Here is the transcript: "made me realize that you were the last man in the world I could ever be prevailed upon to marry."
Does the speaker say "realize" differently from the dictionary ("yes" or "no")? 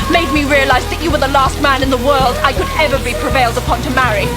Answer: no